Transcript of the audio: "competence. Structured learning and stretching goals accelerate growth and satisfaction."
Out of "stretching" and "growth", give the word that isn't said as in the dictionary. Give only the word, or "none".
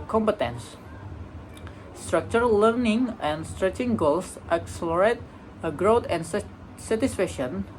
growth